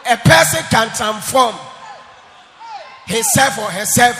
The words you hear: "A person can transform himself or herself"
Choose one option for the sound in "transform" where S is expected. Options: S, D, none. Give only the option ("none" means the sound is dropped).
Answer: none